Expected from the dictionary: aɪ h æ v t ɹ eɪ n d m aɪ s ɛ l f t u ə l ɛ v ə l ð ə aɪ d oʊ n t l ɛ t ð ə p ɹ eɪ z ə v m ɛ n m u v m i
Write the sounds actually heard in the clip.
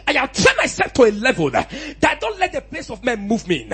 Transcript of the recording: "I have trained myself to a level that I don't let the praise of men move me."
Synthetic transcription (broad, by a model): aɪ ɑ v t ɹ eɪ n m aɪ s ɛ l f t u ə l ɛ v ə l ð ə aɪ d oʊ n t l ɛ t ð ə p l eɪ s ə v m ɛ n m u v m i